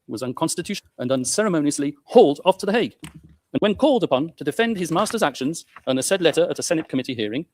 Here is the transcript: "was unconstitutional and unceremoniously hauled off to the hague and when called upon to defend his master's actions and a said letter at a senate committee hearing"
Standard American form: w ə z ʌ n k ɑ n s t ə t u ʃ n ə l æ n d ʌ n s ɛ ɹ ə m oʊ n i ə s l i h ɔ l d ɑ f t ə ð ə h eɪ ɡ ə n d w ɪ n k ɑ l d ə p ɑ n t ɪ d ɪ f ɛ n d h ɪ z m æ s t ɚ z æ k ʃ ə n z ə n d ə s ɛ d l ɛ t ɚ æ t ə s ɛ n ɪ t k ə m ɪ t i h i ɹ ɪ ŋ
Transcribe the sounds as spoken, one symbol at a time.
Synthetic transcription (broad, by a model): w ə z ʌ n k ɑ n s t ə t u ʃ ə n ʌ n s ɛ ɹ ə m oʊ n i ə s l i h ɔ l d ɑ f t ə ð ə h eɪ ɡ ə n w ɪ n k ɑ l d ə p ɑ n t ɪ d ɪ f ɛ n d ɪ z m æ s t ɚ z æ k ʃ ə n z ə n ə s ɛ d l ɛ t ɚ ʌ t ə s ɛ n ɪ t k ə m ɪ t i h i ɹ ɪ ŋ